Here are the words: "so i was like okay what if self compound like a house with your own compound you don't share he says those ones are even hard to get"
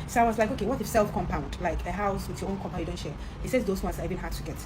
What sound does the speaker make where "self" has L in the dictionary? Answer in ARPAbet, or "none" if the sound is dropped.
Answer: L